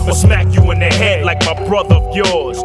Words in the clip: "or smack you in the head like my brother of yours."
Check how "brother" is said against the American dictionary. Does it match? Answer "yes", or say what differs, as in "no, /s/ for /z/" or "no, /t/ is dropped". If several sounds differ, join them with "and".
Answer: yes